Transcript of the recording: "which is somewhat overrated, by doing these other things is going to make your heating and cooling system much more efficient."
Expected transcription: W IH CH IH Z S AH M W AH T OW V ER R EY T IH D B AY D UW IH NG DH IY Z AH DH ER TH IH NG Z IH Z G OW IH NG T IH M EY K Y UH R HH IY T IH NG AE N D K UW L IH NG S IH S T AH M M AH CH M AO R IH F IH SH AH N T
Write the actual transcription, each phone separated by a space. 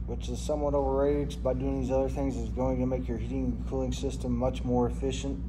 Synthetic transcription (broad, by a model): W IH CH IH Z S AH M W AH T OW V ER R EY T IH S B AY D UW IH NG DH IY Z AH DH ER TH IH NG Z IH Z G OW IH NG T IH M EY K Y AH R HH IY T IH NG K UW L IH NG S IH S T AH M M AH CH M AO R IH F IH SH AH N T